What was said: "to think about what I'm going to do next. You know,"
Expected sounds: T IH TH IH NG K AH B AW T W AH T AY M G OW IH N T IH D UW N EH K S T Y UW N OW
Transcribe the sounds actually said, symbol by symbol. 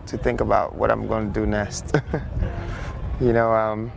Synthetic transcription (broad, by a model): T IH TH IH NG K AH B AW T W AH T AY M G OW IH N T IH D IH N EH S T Y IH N OW